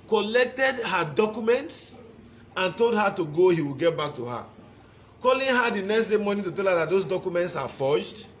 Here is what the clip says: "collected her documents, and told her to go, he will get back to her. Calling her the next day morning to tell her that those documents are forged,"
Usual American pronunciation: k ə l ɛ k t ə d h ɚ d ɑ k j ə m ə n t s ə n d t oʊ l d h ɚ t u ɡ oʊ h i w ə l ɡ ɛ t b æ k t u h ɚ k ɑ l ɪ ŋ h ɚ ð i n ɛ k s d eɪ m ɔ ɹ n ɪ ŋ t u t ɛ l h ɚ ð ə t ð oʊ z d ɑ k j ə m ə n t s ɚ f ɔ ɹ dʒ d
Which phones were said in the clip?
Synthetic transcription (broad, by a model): k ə l ɛ k t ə d h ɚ d ɑ k j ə m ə n t s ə n t oʊ l d h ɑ t u ɡ oʊ h i w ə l ɡ ɛ t b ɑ k t u h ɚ k ɑ l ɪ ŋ h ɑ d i n ɛ k s d eɪ m ɔ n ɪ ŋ t u t ɛ l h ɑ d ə t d oʊ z d ɑ k j ə m ə n t s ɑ f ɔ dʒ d